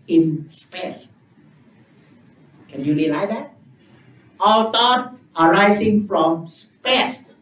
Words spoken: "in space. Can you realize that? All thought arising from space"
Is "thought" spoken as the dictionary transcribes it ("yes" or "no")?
no